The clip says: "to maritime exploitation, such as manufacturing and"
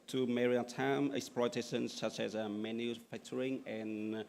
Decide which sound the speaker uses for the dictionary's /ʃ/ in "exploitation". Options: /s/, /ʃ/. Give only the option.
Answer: /s/